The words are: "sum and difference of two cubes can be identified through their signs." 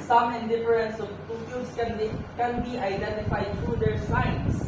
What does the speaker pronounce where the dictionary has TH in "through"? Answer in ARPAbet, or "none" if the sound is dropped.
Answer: T